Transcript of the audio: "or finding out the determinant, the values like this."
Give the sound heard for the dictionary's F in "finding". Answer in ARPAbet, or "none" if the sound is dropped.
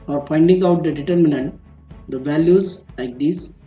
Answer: P